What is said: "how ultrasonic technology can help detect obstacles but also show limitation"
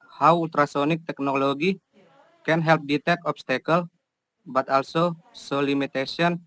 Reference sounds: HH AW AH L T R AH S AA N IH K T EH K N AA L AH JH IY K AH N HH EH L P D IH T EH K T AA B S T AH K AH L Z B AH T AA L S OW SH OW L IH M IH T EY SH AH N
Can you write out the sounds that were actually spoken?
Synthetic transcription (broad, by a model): HH AW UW L T R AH S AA N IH K T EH K N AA L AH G IY K AH N HH EH L P D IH T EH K AA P S T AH K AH L B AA T AA L S OW S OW L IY M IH T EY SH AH N